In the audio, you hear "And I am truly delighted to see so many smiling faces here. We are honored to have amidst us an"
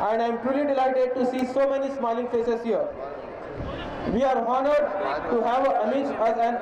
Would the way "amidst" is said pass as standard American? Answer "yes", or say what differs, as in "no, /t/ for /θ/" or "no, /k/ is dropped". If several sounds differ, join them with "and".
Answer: no, /m/ is dropped